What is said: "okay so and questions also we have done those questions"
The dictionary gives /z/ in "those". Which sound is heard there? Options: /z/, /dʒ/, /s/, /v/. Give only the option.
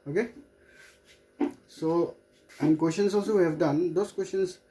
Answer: /s/